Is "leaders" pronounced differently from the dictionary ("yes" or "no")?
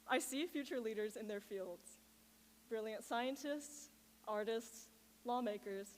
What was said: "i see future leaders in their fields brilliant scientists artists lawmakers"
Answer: no